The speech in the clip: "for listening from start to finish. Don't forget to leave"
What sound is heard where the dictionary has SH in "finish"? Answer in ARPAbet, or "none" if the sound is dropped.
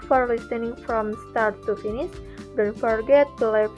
S